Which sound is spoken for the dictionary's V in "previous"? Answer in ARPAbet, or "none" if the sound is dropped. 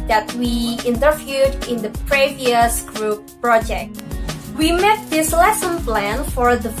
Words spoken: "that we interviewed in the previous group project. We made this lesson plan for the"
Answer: V